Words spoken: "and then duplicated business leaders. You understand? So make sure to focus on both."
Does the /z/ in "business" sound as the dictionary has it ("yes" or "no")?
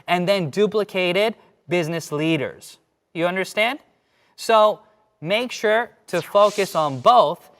yes